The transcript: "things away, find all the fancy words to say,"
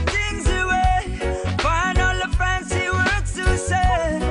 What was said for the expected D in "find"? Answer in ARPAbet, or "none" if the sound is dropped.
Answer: none